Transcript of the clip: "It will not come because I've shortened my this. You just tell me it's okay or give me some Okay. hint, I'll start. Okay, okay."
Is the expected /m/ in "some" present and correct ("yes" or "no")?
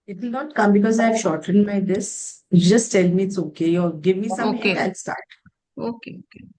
no